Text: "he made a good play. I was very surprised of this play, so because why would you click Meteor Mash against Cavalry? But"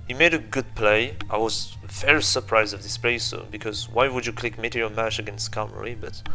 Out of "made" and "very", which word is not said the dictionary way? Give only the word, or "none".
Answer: very